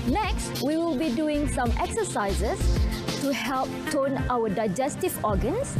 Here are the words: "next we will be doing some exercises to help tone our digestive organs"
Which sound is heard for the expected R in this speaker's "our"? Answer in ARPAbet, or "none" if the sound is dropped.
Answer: W